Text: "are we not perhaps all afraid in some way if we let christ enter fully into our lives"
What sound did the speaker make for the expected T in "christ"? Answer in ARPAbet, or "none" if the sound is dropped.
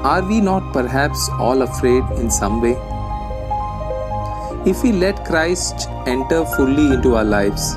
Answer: T